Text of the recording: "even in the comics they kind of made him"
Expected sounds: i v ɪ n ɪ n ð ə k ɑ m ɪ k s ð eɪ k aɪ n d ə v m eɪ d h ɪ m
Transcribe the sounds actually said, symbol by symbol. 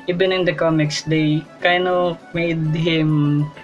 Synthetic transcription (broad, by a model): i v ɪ n ɪ n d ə k ɑ m ɪ k s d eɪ k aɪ n ə m eɪ d h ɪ m